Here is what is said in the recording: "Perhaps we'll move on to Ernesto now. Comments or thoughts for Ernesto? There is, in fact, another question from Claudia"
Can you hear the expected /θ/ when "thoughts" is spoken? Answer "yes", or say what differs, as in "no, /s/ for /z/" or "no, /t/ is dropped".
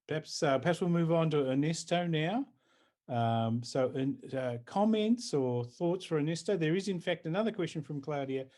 yes